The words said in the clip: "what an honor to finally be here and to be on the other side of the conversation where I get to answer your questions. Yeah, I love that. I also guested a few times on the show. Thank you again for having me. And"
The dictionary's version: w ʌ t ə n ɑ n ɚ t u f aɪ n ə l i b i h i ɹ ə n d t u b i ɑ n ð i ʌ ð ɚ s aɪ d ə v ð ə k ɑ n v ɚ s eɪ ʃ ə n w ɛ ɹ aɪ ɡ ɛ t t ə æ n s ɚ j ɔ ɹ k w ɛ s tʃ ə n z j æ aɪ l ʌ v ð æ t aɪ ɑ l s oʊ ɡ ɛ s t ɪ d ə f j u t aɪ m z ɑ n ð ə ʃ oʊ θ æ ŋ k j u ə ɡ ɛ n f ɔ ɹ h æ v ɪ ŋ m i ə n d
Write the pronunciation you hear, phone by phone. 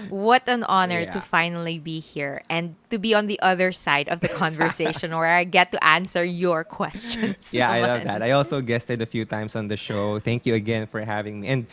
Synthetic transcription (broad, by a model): w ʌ t ə n ɑ n ɚ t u f aɪ n ə l i b i h i ɹ ə n d t u b i ɑ n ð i ʌ ð ɚ s aɪ d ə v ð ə k ɑ n v ɚ s eɪ ʃ ə n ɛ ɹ aɪ ɡ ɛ t t æ n s ɚ j ɔ ɹ k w ɛ s tʃ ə n s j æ aɪ l ʌ v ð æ t aɪ ɑ l s oʊ ɡ ɛ s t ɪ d ə f j u t aɪ m s ɑ n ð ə ʃ oʊ θ æ ŋ k j u ə ɡ ɛ n f ɔ ɹ h æ v ɪ ŋ m i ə n d